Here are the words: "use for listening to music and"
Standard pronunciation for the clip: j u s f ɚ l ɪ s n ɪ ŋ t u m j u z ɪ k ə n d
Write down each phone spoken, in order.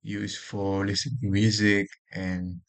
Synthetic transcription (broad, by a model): j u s f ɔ l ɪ s ɪ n t u m j u z ɪ k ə n